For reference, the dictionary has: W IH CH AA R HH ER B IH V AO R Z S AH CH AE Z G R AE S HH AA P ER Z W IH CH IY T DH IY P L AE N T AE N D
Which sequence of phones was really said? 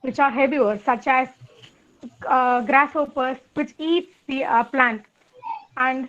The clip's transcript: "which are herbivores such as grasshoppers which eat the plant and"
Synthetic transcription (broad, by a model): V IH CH AA R HH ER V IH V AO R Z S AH CH AE Z G R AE S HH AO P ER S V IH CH IY T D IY P L AE N T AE N D